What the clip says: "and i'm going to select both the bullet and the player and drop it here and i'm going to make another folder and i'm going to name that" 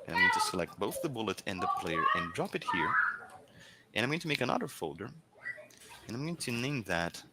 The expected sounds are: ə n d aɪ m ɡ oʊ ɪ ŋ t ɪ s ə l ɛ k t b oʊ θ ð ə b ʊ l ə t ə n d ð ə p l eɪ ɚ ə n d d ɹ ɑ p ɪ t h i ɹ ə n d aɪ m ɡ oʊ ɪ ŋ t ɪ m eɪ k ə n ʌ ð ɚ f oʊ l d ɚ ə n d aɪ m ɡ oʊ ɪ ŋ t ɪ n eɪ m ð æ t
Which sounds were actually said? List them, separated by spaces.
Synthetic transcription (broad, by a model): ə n aɪ m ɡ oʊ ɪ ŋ t ɪ s ə l ɛ k t b oʊ θ ð ə b ʊ l ə t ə n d ð ə p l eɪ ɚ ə n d d ɹ ɑ p ɪ t h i ɹ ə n aɪ m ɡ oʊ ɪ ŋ t ɪ m eɪ k ə n ʌ ð ɚ f oʊ l d ɚ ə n aɪ m ɡ oʊ ɪ ŋ t ɪ n eɪ m ð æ t